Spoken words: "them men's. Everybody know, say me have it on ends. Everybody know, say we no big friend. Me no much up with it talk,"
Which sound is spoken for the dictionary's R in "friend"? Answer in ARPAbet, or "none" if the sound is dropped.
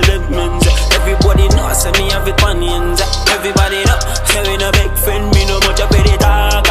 none